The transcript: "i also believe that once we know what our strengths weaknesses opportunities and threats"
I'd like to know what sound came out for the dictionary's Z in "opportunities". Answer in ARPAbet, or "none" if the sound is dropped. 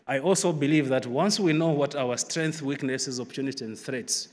none